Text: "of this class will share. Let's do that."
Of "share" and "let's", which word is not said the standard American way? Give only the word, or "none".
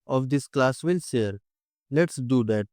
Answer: share